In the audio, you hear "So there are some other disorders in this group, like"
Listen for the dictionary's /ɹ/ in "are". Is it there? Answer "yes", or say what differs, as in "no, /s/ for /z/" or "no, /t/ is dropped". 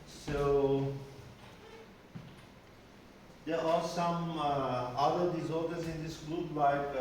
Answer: no, /l/ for /ɹ/